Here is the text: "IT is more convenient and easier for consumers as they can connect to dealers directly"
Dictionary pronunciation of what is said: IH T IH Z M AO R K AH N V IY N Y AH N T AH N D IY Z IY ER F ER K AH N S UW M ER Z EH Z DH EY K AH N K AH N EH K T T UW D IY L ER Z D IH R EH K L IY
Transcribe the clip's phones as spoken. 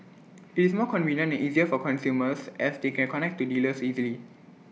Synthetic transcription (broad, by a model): IH T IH S M AO K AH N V IY N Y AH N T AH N IY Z IY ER F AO K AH N S UW M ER S EH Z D EY K AH N K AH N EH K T T UW D IY L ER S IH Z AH L IY